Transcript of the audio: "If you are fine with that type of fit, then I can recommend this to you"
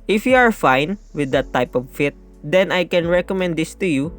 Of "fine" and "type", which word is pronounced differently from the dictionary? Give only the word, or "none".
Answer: none